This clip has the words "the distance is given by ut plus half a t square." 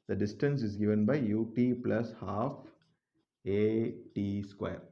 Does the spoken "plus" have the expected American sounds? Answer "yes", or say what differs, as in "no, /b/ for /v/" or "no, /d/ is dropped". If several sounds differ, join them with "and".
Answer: yes